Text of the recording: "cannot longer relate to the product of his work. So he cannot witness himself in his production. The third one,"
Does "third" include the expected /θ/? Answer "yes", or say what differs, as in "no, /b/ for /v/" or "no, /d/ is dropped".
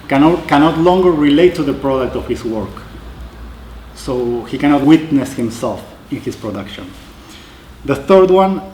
yes